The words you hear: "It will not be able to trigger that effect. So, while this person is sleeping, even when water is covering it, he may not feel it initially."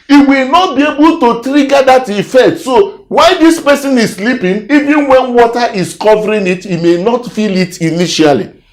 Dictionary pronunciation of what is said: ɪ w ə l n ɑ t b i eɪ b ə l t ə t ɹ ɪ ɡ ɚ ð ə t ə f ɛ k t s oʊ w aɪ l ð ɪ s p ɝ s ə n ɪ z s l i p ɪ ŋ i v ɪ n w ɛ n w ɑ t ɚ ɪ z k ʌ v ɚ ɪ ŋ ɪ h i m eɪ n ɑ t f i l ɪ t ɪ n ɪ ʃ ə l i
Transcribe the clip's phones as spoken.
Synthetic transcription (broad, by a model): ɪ w ə l n ɑ t b i eɪ b ə l t ə t ɹ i ɡ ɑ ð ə t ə f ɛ t s oʊ w aɪ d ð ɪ s p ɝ s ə n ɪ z s l i p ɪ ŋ i v ɪ n w ɛ n w ɑ t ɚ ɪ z k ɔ v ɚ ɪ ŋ ɪ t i m eɪ n ɑ t f i l ɪ t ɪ n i ʃ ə l i